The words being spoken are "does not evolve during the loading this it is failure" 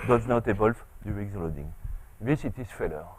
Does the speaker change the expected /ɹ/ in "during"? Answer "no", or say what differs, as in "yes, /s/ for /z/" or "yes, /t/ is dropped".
yes, /ɹ/ is dropped